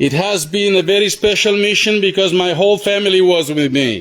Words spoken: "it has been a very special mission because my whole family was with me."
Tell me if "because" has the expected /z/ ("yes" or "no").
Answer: yes